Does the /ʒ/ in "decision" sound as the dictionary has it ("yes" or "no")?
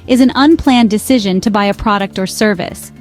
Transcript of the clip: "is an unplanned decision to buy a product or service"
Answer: yes